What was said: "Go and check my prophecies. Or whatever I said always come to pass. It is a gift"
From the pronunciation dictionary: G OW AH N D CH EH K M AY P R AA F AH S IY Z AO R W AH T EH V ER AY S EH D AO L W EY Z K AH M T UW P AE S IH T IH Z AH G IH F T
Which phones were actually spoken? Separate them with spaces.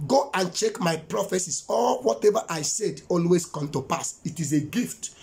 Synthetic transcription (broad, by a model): G OW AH N CH EH K M AY P R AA F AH S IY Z AO L W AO T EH V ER AY S EH D AO L W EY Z K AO M T UW P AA S IH T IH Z AH G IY F T